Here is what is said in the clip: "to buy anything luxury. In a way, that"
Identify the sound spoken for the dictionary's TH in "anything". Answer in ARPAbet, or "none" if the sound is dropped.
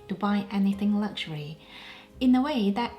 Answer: TH